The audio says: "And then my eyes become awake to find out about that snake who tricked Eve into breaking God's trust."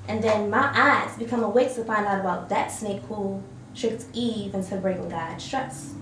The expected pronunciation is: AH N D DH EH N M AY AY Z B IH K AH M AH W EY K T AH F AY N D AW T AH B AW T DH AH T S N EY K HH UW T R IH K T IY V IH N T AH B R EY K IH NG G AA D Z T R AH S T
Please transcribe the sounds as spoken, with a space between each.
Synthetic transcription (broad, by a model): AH N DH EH N M AY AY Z B IH K AH M AH W EY K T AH F AY N D AW T AH B AW T DH AH T S N EY K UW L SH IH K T IY V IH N S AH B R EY IH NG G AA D S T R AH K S